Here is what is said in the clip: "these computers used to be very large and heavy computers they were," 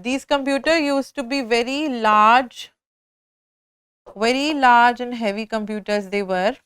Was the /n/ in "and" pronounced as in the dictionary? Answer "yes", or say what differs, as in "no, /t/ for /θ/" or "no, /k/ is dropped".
yes